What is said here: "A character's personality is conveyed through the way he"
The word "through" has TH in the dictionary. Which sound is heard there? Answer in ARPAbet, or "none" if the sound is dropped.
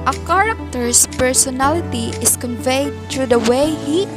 T